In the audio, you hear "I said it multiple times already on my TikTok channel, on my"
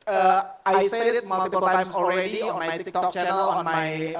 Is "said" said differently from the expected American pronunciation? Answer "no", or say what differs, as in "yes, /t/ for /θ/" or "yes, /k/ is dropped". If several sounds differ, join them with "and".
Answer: yes, /d/ is dropped